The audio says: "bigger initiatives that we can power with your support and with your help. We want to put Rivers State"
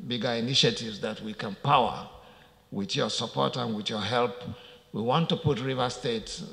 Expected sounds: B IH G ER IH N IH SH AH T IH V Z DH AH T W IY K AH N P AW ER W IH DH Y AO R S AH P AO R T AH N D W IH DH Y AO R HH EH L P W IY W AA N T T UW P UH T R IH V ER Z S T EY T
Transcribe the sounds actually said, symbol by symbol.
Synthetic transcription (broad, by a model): B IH G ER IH N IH SH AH T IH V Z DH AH T W IY K AH N P AW ER W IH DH Y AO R S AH P AO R T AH N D W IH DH Y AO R HH EH L P W IY W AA N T T UW P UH T R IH V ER S T EY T